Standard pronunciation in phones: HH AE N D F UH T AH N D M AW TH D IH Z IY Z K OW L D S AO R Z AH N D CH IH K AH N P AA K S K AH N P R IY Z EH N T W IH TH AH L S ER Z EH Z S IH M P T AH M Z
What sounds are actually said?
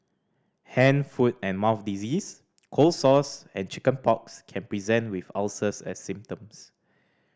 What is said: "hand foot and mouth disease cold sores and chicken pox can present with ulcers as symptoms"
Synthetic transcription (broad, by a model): HH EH N F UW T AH N M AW F D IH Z IY S K OW L S AO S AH N CH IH K AH N P AA K S K AH N P R IY Z EH N T W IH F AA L S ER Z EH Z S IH M P T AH M S